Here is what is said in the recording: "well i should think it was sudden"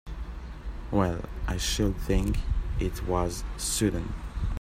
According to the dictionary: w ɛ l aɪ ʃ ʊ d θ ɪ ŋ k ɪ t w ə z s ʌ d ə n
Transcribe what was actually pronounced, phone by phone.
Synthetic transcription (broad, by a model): w ɛ l aɪ ʃ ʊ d θ ɪ ŋ k ɪ t w ə z s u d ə n